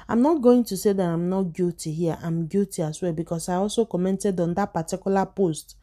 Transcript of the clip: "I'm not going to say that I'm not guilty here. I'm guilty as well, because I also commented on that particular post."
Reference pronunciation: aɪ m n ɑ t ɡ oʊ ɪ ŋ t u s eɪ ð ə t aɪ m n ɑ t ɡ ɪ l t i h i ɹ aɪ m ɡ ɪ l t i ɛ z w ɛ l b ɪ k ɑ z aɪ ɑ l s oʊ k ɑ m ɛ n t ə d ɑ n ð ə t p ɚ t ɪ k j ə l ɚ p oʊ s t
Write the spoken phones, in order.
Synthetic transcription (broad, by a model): aɪ m n ɑ t ɡ oʊ ɪ ŋ t u s eɪ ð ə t aɪ m n ɑ t ɡ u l t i h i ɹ aɪ m ɡ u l t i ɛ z w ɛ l b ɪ k ɑ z aɪ ɑ l s oʊ k ɑ m ɛ n t ə d ɑ n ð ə t p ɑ t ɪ k j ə l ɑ p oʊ s t